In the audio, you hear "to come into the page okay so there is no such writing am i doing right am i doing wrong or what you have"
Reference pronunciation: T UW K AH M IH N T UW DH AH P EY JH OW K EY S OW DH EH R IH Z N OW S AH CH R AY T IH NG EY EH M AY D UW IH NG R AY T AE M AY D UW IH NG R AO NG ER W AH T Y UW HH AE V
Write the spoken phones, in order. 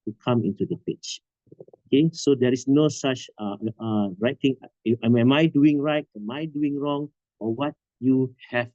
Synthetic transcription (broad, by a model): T UW K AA M IH N T UW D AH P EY CH OW K EY S OW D EH R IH S N OW S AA CH R AY T IH NG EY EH M AY D UW IH NG R AY T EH M AY D UW IH NG R AO NG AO W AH T Y UW HH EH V